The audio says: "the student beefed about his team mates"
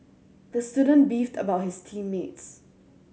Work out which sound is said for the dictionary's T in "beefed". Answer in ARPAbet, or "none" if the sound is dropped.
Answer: T